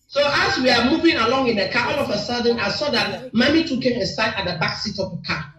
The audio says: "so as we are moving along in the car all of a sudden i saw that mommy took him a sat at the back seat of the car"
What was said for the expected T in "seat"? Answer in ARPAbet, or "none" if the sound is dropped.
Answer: T